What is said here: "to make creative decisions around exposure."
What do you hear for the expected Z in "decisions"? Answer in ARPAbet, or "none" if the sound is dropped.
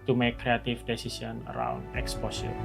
none